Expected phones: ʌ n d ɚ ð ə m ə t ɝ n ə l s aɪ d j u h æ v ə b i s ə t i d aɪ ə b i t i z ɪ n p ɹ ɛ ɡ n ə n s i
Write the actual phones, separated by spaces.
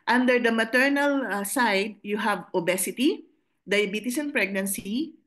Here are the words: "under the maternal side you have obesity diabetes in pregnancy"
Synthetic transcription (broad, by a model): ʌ n d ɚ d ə m ə t ɝ n ə l s aɪ d j u h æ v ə b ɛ s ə t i d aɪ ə b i t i s ɪ n p ɹ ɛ ɡ n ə n s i